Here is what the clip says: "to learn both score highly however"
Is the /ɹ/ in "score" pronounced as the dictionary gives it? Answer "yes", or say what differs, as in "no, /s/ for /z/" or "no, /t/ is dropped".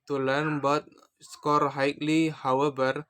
yes